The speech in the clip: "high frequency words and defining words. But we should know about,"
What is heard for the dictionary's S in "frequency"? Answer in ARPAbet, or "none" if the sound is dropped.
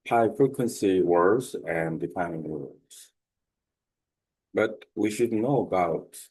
S